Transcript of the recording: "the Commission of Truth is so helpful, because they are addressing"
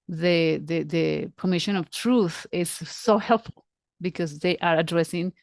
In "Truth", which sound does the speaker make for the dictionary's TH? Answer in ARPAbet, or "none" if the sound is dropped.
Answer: TH